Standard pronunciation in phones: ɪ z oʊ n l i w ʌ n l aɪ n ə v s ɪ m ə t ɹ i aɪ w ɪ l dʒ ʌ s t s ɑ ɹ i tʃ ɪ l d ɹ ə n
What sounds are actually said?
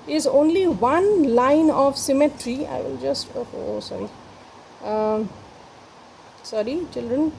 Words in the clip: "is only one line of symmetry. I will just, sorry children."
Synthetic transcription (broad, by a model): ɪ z oʊ n l i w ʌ n l aɪ n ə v s ɪ m ə t ɹ i aɪ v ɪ l dʒ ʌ s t s ɑ ɹ i tʃ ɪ l d ɹ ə n